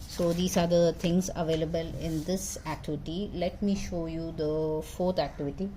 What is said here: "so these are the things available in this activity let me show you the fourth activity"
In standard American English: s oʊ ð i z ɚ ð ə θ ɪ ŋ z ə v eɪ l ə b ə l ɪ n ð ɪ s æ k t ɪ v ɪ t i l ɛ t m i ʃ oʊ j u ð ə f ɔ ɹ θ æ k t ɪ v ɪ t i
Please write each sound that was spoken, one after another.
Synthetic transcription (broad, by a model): s oʊ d i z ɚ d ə t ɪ ŋ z ə v eɪ l ə b ə l ɪ n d ɪ s æ k t ɪ v ɪ t i l ɛ t m i ʃ oʊ j u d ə f ɔ ɹ t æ k t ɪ v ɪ t i